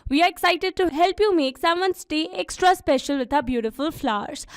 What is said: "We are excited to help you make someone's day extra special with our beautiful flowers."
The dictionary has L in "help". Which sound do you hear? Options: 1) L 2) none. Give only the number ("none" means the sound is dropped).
1